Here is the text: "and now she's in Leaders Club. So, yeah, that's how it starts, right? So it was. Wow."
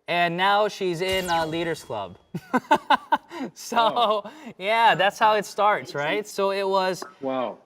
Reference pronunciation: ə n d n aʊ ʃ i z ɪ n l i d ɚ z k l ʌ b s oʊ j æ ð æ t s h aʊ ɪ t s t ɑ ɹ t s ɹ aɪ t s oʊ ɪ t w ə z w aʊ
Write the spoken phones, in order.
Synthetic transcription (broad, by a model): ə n n aʊ ʃ i z ɪ n l i d ɚ z k l ʌ b s oʊ j æ ð æ t s h aʊ ɪ t s t ɑ ɹ t s ɹ aɪ t s oʊ ɪ t w ə z w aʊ